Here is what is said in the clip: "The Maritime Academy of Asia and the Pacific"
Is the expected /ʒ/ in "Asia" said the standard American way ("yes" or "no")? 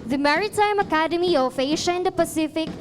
no